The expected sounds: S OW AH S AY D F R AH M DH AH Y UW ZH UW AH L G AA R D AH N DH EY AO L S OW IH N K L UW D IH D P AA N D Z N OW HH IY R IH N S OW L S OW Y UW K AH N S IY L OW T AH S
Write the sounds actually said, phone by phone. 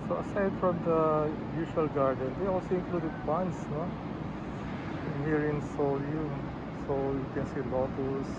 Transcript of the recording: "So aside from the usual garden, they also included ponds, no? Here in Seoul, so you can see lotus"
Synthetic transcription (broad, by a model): S OW AH S AY D F R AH M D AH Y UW SH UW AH L G AA R D AH N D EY AO L S OW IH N K L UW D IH D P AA N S N OW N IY R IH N S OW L S OW Y UW K AH N S IY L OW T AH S